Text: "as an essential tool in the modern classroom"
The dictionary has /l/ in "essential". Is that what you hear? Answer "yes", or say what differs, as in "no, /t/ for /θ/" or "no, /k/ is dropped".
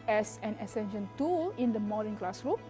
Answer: no, /n/ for /l/